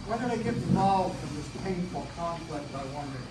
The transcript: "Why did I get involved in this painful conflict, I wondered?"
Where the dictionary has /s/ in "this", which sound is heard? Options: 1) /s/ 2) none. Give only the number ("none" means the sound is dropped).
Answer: 1